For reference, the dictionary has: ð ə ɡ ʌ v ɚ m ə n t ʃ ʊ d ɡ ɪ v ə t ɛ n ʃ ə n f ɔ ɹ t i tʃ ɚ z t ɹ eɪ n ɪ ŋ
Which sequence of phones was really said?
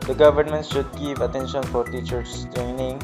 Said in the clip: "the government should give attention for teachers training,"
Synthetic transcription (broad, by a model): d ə ɡ ʌ v ɚ m ə n t ʃ ʊ d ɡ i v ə t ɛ n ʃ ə n f ɔ ɹ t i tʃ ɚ t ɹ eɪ n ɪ ŋ